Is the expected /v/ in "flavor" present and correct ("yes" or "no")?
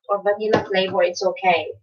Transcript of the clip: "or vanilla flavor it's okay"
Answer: no